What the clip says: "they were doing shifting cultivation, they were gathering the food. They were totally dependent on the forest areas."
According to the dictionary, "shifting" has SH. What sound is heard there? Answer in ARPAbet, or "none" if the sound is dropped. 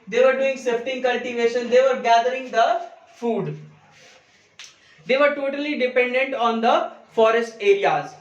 S